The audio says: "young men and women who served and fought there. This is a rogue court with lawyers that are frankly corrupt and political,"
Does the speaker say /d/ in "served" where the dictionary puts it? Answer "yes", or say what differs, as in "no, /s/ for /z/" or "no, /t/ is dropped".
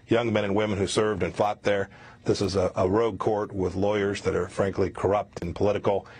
yes